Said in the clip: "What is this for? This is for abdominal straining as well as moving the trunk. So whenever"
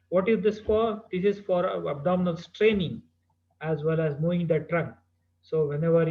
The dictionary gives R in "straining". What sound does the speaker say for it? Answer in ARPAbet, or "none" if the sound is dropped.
R